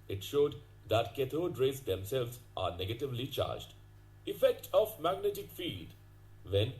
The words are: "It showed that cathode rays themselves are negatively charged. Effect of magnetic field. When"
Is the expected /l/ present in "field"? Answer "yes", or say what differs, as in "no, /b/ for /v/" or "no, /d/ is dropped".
no, /l/ is dropped